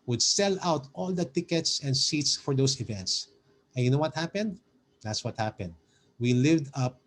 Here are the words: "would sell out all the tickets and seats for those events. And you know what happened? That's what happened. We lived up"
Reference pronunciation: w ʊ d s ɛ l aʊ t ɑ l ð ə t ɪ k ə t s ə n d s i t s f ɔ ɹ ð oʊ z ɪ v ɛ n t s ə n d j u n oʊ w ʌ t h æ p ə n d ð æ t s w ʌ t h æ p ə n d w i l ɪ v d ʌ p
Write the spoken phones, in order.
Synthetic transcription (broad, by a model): w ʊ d s ɛ l aʊ t ɑ l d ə t ɪ k ə t s ə n d s i t s f ɔ ɹ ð oʊ s ɪ v ɛ n t s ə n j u n oʊ w ʌ t h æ p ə n d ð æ t s w ʌ t h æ p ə n d w i l ɪ v d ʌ p